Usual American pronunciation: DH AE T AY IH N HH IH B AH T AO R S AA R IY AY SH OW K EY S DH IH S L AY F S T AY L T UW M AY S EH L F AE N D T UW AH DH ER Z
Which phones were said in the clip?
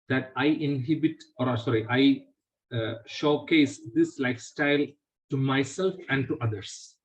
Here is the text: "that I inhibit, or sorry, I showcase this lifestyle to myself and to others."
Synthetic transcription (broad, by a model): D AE T AY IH N HH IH B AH T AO R S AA R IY AY SH OW K EY S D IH S L AY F S T AY L T UW M AY S EH L F AE N D T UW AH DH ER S